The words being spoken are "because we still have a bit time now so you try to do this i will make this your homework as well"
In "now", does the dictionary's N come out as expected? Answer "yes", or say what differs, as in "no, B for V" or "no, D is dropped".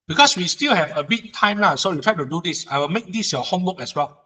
no, L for N